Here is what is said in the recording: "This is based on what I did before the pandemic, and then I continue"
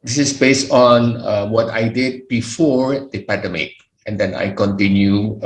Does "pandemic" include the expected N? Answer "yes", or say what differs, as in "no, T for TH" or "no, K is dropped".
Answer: no, N is dropped